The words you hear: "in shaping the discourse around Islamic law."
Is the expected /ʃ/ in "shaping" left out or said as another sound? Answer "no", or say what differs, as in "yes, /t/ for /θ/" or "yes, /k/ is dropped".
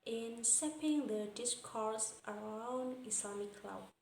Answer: yes, /s/ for /ʃ/